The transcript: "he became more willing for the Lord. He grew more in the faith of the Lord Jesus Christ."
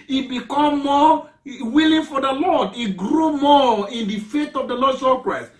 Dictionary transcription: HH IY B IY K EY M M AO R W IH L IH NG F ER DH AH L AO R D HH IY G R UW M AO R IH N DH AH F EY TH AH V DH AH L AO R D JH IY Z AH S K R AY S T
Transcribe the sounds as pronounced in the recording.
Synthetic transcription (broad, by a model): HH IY B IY K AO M M AO W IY L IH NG F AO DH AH L AO D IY G R UW M AO IH N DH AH F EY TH AH V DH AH L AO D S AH K R AY S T